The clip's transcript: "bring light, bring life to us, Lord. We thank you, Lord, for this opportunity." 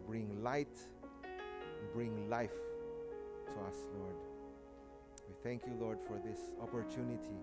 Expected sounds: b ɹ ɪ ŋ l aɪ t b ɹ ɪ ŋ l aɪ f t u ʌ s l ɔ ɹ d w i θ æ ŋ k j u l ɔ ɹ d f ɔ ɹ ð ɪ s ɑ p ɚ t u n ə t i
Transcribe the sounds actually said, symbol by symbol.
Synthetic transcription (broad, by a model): b ɹ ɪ ŋ l aɪ t b ɹ ɪ ŋ l aɪ f t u ʌ s l ɔ ɹ d w i θ æ ŋ k j u l ɔ ɹ d f ɔ ɹ ð ɪ s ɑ p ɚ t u n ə t i